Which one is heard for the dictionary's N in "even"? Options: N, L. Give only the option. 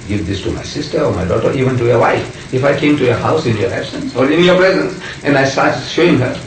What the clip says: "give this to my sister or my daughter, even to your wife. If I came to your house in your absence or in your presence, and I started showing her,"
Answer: N